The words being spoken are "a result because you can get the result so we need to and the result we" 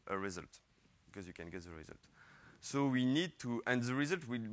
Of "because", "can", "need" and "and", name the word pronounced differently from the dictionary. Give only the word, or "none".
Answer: none